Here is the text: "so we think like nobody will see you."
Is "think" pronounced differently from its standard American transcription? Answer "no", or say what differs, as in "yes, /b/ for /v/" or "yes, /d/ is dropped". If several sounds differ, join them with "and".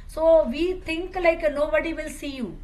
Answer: yes, /t/ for /θ/